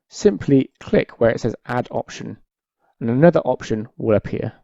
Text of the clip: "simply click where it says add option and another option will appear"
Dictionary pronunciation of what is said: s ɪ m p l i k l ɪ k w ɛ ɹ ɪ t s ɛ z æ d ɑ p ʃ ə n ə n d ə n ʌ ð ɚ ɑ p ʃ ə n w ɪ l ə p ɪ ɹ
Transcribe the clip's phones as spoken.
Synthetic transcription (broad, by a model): s ɪ m p l i k l ɪ k w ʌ ɹ ɪ t s ɛ z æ d ɑ p ʃ ə n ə n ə n ʌ ð ɚ ɑ p ʃ ə n w ɪ l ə p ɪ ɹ